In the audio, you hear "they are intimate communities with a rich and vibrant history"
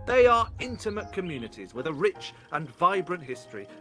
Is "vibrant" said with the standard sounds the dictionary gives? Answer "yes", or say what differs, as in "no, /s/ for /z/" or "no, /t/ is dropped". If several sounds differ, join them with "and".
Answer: yes